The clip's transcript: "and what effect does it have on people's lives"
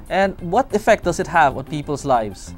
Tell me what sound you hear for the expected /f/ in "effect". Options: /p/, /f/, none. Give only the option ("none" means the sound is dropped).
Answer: /f/